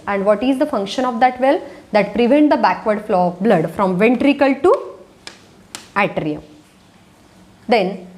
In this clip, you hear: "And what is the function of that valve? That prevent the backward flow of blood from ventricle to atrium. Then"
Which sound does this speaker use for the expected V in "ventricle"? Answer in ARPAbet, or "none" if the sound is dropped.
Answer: V